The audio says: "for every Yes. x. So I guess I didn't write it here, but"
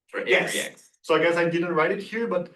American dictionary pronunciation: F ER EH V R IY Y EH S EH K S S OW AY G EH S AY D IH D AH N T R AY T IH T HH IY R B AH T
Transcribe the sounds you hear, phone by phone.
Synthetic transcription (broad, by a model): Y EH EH S S OW AY G EH S AY D IH D AH N T R AY T IH T HH IY R B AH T